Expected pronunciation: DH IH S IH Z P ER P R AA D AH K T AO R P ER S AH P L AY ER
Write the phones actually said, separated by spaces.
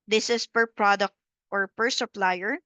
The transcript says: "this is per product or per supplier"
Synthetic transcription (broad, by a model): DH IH S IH S P ER P R AA D AH K T AO R P ER S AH P L AY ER